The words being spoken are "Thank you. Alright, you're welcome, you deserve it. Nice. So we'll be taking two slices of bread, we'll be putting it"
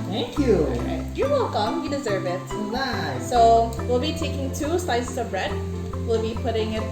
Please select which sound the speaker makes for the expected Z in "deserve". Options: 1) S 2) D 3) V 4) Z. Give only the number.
4